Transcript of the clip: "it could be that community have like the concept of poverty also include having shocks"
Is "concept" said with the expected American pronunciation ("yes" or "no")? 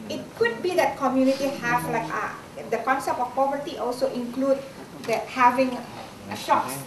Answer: no